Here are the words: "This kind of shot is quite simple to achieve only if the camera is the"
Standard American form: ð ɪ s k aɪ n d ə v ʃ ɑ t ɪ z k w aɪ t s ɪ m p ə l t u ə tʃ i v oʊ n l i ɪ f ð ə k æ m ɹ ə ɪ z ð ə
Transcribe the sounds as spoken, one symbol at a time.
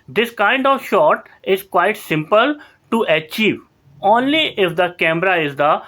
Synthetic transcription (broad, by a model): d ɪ s k aɪ n d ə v ʃ ɑ t ɪ z k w aɪ t s ɪ m p ə l t u ə tʃ i v oʊ n l i ɪ f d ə k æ m ɹ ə ɪ z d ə